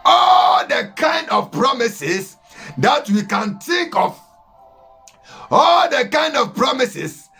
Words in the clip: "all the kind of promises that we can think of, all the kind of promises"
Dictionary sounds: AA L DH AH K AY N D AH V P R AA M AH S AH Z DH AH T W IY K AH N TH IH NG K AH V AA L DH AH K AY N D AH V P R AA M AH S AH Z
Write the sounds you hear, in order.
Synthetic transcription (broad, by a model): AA L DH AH K AY N D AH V P R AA M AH S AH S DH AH T W IY K AH N T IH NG K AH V AA L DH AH K AY N D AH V P R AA M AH S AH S